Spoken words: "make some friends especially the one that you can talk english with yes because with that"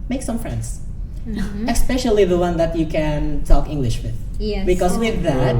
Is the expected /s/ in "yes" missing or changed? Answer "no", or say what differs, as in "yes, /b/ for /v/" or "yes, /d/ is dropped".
yes, /s/ is dropped